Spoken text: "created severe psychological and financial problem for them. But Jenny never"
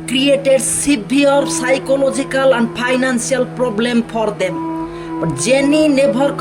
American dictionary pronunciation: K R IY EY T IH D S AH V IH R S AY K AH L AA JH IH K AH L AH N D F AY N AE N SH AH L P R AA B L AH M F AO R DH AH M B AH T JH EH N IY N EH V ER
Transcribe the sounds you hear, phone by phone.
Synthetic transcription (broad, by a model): K R IY EY T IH D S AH B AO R S AY K AH L AA JH IH K AH L AH N D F AY N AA N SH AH L P R AA B L AH M F AO R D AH M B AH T JH EH N IY N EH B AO